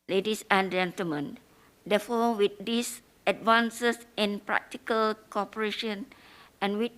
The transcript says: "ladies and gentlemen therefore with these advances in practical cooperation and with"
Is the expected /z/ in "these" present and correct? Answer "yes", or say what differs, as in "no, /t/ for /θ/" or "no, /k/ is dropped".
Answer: no, /s/ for /z/